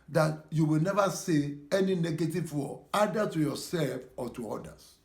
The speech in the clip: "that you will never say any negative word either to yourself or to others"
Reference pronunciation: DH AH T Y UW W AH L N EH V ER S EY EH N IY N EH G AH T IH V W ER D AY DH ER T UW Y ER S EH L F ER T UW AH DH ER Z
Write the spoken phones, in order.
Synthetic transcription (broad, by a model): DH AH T Y UW W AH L N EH V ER S EY EH N IY N EH G AH T IH V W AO AY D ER T UW Y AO S EH L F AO T UW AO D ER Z